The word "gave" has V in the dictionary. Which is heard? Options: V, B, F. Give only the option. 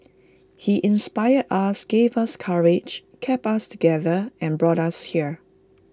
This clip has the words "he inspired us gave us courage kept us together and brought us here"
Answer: V